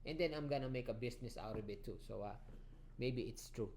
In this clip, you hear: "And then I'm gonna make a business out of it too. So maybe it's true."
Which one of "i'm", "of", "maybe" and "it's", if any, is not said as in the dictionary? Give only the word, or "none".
of